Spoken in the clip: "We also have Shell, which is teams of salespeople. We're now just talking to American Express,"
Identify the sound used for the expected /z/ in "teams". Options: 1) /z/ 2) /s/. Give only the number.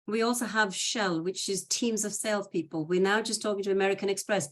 1